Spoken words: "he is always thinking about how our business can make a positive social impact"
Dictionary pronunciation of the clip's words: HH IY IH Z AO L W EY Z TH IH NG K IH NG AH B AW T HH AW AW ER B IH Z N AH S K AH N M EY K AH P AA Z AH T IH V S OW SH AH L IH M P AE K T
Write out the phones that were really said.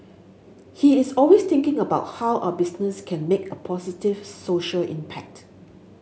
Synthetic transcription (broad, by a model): HH IY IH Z AO L W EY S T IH NG K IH NG AH B AW T HH AW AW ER B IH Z N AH S K AH N M EY K AH P AA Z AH T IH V S OW SH AH L IH M P AE K T